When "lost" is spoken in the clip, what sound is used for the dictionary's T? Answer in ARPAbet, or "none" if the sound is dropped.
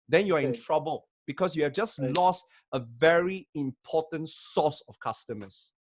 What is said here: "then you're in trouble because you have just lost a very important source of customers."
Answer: T